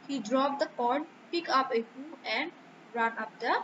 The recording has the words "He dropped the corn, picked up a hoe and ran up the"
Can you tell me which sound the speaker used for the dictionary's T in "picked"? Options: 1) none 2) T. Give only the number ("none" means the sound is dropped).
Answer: 1